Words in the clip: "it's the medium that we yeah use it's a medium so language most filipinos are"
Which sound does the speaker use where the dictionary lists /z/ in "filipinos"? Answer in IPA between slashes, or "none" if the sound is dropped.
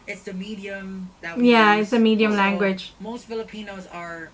/z/